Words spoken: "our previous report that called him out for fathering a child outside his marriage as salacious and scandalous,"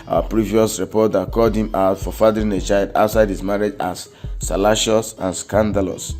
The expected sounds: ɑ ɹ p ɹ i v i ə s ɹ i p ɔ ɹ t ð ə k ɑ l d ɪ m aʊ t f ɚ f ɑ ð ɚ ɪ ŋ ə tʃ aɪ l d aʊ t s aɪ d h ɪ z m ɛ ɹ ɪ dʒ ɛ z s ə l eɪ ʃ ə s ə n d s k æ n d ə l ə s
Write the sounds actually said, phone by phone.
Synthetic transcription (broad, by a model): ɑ p ɹ i v i ə s ɹ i p ɔ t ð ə k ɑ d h ɪ m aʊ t f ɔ f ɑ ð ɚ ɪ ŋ ə tʃ aɪ l d aʊ t s aɪ d h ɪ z m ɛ ɹ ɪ dʒ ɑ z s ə l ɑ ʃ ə s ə n s k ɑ n d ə l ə s